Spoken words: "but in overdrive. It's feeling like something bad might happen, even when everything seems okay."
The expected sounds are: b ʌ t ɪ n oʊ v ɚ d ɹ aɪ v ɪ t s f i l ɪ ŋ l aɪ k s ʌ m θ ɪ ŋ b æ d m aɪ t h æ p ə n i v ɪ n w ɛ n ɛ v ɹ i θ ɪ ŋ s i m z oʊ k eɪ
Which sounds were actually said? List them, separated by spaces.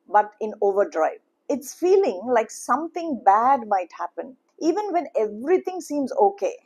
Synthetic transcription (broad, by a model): b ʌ t ɪ n oʊ v ɚ d ɹ aɪ v ɪ t s f i l ɪ ŋ l aɪ k s ʌ m t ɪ ŋ b æ d m aɪ t h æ p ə n i v ɪ n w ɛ n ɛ v ɹ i t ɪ ŋ s i m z oʊ k eɪ